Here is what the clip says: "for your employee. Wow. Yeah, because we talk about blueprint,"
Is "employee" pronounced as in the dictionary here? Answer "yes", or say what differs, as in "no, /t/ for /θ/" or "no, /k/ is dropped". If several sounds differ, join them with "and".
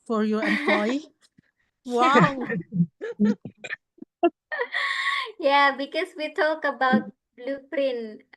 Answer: no, /l/ is dropped